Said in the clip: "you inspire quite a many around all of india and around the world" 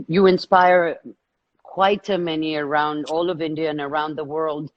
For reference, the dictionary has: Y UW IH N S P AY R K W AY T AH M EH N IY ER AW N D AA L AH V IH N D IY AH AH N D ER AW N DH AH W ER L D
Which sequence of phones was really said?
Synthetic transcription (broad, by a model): Y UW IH N S P AY R K W AY T AH M EH N IY ER AW N D AA L AH V IH N D IY AH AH N ER AW N DH AH W ER L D